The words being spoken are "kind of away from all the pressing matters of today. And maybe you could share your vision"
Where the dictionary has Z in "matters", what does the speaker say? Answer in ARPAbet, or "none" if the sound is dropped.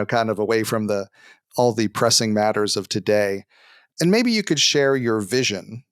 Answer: Z